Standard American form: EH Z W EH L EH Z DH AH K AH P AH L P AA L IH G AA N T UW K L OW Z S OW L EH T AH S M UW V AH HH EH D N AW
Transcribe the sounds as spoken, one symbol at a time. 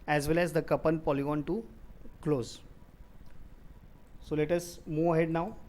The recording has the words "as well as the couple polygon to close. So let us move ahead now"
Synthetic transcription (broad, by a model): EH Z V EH L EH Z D AH K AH P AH N P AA L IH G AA N T UW K L OW Z S OW L EH T AH S M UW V AH HH EH D N AW